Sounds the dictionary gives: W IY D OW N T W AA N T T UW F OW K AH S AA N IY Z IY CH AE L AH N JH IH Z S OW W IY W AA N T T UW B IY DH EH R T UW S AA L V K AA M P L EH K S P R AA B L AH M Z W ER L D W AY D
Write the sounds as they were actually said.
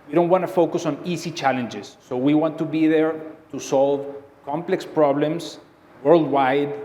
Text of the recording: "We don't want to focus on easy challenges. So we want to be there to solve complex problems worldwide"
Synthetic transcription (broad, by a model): W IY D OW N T W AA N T T UW F OW K AH S AA N IY S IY CH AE L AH N JH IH S OW W IY W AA N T T UW B IY DH EH R T UW S AA L V K AA M P L EH K S P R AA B L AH M S W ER L D W AY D